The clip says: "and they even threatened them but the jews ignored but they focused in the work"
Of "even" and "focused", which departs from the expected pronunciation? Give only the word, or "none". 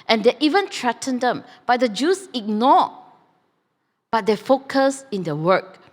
focused